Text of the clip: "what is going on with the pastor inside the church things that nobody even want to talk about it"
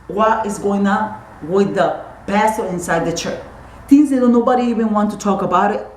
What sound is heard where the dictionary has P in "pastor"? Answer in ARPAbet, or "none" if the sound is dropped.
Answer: B